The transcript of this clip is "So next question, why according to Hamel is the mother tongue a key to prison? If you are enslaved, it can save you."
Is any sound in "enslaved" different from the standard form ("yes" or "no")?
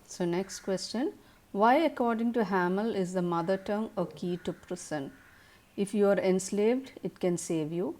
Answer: no